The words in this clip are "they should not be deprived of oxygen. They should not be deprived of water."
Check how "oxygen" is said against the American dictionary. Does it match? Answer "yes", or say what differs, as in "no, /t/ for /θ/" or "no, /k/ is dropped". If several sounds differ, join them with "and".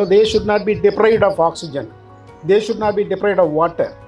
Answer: yes